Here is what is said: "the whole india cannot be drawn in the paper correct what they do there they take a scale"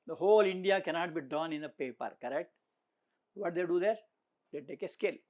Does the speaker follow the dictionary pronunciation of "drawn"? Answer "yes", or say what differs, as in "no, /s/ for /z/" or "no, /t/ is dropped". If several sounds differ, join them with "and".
no, /ɹ/ is dropped